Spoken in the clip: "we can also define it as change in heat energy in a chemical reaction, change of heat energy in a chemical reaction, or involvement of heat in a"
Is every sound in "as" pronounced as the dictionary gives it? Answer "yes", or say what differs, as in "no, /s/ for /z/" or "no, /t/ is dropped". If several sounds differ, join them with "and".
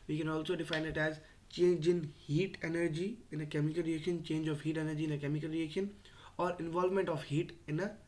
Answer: yes